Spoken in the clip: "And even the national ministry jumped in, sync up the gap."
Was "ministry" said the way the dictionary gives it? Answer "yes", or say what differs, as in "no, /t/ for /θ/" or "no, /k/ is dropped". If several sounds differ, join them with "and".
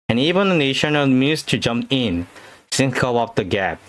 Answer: no, /ɹ/ is dropped